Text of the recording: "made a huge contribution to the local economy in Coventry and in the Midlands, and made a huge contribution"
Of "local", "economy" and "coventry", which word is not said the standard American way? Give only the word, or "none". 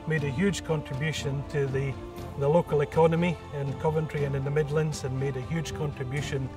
none